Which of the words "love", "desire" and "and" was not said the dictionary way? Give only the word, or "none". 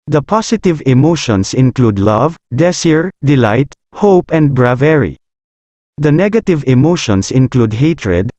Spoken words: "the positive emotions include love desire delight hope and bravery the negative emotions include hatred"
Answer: desire